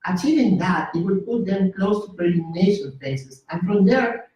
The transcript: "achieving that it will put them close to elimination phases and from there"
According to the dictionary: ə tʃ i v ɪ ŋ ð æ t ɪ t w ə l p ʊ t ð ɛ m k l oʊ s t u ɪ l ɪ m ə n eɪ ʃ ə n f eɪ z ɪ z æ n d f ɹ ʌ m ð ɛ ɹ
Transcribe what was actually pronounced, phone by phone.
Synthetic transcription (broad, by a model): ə tʃ i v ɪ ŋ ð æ t ɪ t w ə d p ʊ t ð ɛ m k l oʊ s t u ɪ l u m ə n eɪ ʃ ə n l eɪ s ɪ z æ n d f ɹ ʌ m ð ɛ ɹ